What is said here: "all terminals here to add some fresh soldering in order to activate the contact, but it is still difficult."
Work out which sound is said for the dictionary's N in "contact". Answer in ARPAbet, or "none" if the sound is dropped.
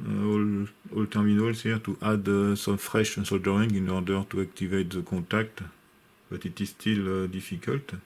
none